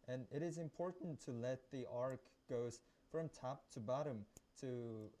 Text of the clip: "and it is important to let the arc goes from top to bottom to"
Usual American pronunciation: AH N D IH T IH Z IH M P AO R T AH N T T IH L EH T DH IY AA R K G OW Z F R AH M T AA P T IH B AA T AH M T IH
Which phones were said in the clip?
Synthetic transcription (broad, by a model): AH N IH T IH Z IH M P AO R T N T T IH L EH T DH IY AA R K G OW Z F R AH M T AA P T IH B AA T AH M T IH